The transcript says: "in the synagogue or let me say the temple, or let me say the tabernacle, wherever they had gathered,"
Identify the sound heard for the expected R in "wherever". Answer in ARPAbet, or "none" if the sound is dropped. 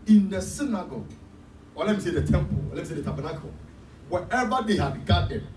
none